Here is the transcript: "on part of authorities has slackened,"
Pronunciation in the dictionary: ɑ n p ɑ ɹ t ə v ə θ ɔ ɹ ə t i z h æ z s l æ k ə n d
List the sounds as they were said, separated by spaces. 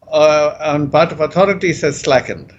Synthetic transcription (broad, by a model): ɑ n b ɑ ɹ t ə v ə t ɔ ɹ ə t i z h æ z s l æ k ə n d